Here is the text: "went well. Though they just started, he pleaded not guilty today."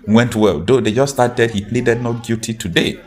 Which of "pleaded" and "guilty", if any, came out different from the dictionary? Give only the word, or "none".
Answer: guilty